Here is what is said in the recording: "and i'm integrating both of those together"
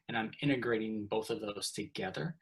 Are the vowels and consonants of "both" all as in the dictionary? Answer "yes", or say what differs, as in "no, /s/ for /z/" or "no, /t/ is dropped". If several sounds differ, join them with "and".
yes